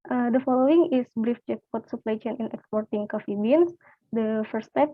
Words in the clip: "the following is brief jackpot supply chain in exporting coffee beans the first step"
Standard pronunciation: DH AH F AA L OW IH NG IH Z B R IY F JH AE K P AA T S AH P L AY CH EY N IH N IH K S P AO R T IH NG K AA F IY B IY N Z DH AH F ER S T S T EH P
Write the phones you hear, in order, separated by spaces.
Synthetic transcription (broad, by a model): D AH F AA L OW IH NG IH S B R IY F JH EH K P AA T S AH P L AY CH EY N IH N IH K S P AO R T IH NG K AA F IY B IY N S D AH F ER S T S T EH P